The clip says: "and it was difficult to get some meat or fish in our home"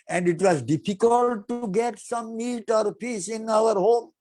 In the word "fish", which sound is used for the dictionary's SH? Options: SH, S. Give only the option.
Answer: S